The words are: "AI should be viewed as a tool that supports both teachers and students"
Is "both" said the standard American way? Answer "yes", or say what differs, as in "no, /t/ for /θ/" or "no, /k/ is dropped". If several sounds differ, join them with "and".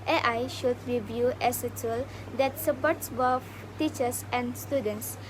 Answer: no, /f/ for /θ/